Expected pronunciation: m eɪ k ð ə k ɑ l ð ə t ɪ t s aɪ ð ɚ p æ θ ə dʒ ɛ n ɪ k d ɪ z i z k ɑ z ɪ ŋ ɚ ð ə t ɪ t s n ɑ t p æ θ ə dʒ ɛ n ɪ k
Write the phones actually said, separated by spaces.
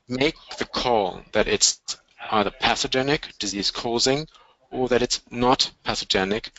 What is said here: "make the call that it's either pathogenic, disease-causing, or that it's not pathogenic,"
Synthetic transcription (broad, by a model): m eɪ k ð ə k ɑ l ð ə t ɪ t s aɪ ð ɚ p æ s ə dʒ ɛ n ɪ k d ɪ z i z k ɑ z ɪ ŋ ɚ ð ə t ɪ t s n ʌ t p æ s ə dʒ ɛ n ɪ k